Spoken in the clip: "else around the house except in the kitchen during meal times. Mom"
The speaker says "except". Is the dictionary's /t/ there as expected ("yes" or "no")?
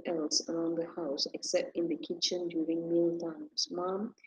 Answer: yes